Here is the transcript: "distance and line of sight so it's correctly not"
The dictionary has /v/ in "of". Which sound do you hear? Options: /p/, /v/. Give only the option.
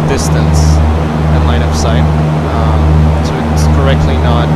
/p/